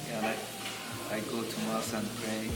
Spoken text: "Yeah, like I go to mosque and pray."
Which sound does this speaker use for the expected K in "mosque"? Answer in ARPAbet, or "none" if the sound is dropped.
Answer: none